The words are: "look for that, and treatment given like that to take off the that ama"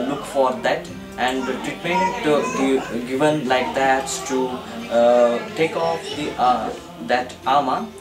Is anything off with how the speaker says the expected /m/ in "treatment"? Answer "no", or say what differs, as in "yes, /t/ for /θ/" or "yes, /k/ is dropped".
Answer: yes, /m/ is dropped